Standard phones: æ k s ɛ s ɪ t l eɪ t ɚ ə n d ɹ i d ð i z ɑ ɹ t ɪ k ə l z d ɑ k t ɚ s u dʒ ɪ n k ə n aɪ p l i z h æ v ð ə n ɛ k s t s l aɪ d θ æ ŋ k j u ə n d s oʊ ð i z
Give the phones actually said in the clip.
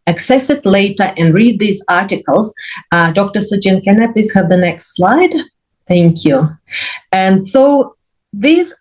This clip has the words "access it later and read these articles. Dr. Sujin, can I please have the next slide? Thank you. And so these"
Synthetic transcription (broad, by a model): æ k s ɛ s ɪ t l eɪ t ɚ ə n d ɹ i d ð i z ɑ ɹ t ɪ k ə l z d ɑ k t ɚ s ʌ dʒ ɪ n k ə n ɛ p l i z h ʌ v ð ə n ɛ k s t s l aɪ d θ æ ŋ k j u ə n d s oʊ ð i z